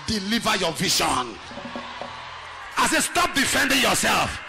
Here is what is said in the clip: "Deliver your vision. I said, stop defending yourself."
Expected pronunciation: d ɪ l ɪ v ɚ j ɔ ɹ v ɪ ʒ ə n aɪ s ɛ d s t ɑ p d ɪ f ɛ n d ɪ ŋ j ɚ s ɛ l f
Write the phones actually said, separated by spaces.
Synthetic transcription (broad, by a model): d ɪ l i v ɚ j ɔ v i ʃ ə n aɪ s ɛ s t ɑ p d ɪ f ɛ n d ɪ ŋ j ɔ s ɛ l f